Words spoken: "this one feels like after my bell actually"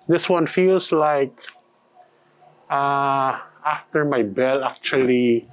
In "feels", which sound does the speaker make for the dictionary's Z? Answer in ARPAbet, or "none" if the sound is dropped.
S